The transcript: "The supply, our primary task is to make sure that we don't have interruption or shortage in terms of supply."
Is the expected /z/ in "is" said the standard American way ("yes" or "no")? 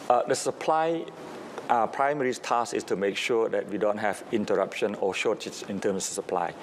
no